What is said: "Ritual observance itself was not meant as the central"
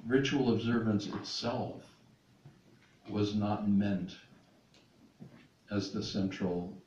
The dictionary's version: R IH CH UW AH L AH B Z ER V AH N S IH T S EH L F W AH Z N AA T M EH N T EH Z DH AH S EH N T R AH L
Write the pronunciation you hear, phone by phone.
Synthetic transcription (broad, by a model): R IH CH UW L AH B Z ER V AH N S IH T S EH L F W AH Z N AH T M EH N T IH Z DH AH S EH N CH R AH L